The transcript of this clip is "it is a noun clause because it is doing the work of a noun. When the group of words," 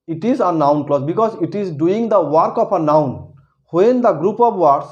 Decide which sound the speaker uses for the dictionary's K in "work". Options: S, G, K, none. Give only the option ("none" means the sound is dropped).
K